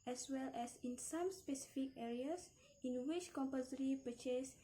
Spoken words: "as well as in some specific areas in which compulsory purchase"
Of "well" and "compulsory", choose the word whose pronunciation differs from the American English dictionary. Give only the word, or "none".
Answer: compulsory